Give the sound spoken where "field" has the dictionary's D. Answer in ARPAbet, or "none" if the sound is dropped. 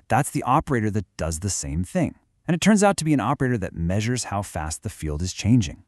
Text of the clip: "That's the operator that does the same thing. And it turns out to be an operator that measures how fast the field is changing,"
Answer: D